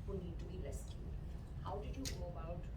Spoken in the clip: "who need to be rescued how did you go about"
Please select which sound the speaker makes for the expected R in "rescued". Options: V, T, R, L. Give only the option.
L